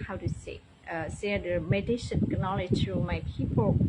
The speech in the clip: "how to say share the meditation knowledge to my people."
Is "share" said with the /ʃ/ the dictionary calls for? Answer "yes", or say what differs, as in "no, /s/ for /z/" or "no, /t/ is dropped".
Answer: no, /s/ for /ʃ/